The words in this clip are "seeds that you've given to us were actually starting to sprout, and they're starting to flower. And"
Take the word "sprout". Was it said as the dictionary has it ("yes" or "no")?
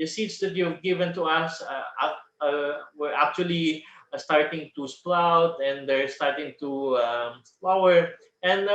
no